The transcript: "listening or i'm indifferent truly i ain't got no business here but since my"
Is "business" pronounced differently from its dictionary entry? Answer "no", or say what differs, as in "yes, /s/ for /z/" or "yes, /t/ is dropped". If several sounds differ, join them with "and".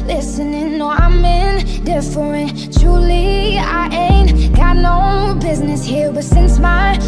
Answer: no